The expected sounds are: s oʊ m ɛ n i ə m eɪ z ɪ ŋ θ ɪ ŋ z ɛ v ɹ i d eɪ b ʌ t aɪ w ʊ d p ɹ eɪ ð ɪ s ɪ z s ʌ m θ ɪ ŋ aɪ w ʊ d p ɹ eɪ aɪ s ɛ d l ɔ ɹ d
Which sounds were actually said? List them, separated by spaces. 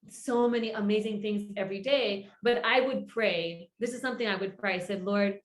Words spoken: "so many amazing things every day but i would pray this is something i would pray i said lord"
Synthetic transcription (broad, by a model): s oʊ m ɛ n i ə m eɪ z ɪ ŋ θ ɪ ŋ z ɛ v ɹ i d eɪ b ʌ t aɪ w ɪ d p ɹ eɪ ð ɪ s ɪ z s ʌ m θ ɪ ŋ aɪ w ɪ d p ɹ eɪ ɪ s ɛ d l ɔ ɹ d